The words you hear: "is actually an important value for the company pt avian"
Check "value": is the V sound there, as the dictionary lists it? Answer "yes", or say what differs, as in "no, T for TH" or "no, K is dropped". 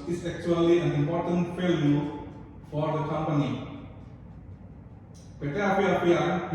no, F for V